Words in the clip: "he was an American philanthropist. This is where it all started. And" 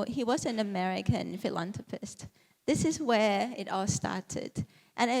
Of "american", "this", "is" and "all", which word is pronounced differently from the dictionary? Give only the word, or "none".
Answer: none